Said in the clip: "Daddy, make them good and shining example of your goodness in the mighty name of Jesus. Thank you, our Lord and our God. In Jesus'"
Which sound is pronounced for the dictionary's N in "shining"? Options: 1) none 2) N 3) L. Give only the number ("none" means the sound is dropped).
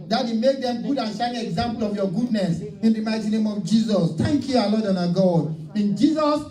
1